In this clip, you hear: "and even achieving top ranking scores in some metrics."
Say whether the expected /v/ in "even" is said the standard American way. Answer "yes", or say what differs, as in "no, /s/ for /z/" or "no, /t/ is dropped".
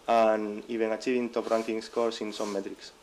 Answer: no, /b/ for /v/